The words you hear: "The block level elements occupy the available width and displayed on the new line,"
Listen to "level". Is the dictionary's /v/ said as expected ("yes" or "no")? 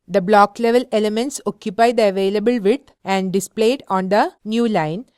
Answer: yes